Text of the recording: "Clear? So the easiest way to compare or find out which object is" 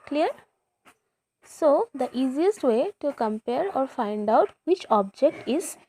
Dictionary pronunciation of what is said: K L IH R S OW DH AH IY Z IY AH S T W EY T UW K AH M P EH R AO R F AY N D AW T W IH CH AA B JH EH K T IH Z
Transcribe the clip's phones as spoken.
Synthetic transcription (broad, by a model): K L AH R S OW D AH IY Z IY AH S T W EY T UW K AH M P EH R AO R F AY N D AW T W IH CH AA B JH EH K T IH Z